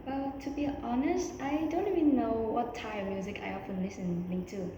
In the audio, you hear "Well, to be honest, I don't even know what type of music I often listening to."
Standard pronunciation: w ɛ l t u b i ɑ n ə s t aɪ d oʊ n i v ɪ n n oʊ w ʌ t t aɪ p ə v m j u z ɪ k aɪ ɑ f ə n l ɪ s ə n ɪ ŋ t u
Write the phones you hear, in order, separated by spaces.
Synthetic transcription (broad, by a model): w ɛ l t u b i ɑ n ə s t aɪ d oʊ n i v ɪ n n oʊ w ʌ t t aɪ ə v m j u z ɪ k aɪ ɑ f ə n l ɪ s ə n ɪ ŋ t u